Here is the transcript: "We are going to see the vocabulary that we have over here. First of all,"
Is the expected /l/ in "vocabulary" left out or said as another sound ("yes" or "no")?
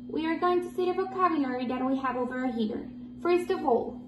yes